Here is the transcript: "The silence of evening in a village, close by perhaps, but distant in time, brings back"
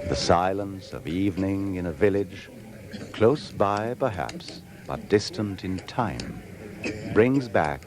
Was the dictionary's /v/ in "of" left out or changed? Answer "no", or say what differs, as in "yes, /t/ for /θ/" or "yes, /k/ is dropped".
no